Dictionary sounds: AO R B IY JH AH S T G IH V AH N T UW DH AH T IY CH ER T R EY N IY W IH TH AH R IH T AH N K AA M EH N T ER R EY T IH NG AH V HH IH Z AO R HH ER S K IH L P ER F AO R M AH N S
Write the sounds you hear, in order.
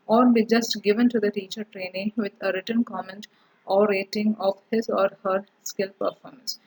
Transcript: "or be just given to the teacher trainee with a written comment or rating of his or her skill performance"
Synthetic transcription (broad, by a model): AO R B IY JH AH S T G IH V AH N T UW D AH T IY CH ER T R EY N IY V IH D AH R IH T AH N K AA M EH N T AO R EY T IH NG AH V HH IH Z AO R HH ER S K IH L P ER F AO R M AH N S